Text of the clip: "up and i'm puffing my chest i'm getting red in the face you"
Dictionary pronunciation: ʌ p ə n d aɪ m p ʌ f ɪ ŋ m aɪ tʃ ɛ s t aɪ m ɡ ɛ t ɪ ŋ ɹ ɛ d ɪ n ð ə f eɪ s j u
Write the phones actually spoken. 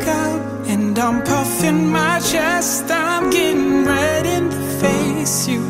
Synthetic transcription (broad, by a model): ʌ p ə n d aɪ m p ʌ f ɪ ŋ m aɪ tʃ ɛ s t aɪ m ɡ ɛ t ɪ ŋ ɹ ɛ d ɪ n ð ə f eɪ s j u